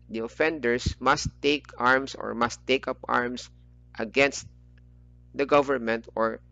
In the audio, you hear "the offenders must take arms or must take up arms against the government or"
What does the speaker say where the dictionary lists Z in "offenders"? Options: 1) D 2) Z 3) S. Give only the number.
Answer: 3